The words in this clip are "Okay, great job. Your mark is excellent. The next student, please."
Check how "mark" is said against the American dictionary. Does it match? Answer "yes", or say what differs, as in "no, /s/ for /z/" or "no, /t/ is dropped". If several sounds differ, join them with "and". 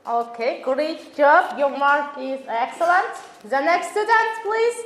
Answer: no, /k/ is dropped